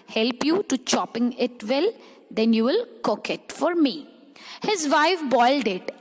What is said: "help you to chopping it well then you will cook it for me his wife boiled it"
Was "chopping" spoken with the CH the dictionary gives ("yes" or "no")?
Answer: yes